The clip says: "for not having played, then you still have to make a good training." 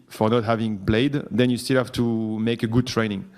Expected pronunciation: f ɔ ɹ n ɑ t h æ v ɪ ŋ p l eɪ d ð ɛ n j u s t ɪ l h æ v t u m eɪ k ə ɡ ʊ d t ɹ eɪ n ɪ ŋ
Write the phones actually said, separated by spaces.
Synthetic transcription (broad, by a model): f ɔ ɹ n ɑ t h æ v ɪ ŋ b l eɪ d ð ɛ n j u s t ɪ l h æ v t u m eɪ k ə ɡ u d t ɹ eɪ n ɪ ŋ